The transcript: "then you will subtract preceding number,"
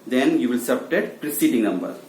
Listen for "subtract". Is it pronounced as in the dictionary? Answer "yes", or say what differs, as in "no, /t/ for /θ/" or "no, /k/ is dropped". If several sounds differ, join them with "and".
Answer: no, /ɹ/ is dropped and /k/ is dropped